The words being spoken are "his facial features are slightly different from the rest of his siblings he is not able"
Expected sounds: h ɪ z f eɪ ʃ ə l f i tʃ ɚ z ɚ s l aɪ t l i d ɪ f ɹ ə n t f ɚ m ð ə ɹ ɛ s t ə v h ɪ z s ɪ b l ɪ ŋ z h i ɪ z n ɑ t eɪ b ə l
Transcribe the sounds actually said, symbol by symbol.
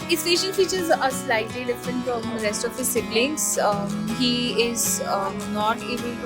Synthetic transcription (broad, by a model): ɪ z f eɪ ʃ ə n f i tʃ ɚ z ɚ s l aɪ t l i d ɪ f ɹ ə n t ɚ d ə ɹ ɛ s t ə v h ɪ z s ɪ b l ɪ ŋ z h i ɪ z n ɑ t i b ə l